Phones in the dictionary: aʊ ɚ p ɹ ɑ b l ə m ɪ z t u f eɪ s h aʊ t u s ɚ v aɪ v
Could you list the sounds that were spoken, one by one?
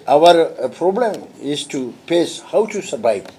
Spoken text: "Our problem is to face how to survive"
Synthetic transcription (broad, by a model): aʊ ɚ p ɹ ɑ b l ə m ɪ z t u p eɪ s h aʊ t u s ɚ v aɪ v